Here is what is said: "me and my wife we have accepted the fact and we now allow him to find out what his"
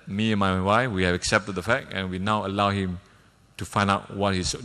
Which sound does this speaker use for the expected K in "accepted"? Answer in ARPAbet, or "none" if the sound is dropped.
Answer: K